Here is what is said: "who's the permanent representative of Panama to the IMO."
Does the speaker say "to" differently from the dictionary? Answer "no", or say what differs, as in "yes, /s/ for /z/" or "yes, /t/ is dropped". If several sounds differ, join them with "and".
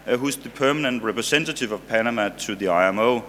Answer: yes, /s/ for /t/